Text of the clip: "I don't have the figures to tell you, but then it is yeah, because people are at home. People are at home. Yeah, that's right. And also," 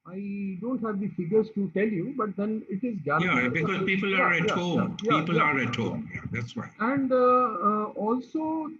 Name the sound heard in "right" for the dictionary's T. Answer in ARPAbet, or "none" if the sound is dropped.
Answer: none